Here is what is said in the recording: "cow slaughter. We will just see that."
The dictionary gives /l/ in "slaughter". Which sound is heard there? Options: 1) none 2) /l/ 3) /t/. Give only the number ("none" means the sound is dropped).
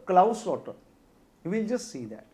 1